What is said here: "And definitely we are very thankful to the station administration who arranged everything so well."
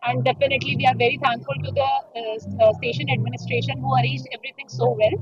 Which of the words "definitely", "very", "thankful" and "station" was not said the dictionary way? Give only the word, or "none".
thankful